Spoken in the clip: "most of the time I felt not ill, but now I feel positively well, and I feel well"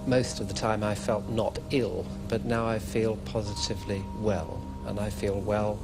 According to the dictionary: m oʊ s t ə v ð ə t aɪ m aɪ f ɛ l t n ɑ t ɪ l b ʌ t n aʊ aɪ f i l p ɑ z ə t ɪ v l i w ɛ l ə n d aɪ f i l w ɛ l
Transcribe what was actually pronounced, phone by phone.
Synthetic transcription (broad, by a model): m oʊ s t ə v ð ə t aɪ m aɪ f ɛ l t n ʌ t ɪ l b ʌ t n aʊ aɪ f i l p ɑ z ə t ɪ v l i w ɛ l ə n aɪ f i l w ɛ l